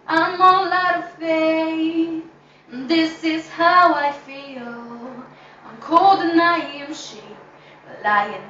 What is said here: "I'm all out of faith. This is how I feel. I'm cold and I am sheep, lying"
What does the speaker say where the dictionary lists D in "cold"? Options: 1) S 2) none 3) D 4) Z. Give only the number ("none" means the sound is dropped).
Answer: 3